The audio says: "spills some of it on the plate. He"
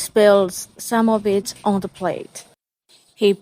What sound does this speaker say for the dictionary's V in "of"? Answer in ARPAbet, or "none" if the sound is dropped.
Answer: V